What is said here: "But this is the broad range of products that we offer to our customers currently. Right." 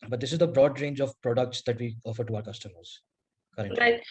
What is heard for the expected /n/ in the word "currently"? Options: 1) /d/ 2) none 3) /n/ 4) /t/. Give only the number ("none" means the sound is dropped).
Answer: 2